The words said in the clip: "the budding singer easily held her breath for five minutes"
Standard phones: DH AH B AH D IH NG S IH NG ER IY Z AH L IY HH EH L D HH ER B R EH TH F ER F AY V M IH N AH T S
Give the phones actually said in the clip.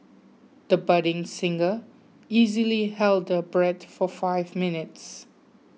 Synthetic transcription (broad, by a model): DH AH B AH D IH NG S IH NG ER IY Z AH L IY HH EH L D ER B R EH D F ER F AY V M IH N AH T S